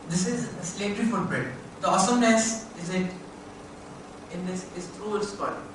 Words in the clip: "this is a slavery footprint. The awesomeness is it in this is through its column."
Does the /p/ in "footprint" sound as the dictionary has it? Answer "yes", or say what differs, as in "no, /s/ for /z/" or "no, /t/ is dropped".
no, /b/ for /p/